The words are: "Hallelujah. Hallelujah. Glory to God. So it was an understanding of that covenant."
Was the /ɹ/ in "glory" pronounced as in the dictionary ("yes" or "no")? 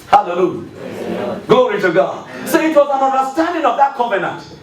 yes